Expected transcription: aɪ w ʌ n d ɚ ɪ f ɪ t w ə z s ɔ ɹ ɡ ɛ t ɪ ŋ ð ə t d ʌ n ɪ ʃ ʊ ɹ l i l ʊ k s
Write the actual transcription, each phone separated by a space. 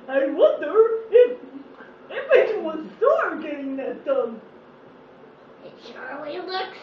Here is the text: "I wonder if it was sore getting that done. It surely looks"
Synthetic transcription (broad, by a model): aɪ w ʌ n d ɚ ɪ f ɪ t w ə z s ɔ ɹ ɡ ɛ t ɪ ŋ ð ə t d ʌ n ɪ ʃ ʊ ɹ w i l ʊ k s